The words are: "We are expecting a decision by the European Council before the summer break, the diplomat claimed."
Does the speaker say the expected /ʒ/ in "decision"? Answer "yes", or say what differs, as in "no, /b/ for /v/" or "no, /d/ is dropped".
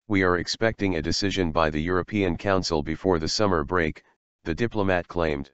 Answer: yes